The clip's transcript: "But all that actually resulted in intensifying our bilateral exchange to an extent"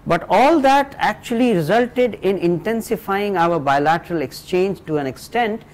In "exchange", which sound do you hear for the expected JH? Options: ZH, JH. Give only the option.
JH